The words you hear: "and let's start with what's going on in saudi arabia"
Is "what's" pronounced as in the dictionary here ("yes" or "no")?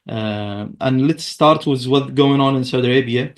no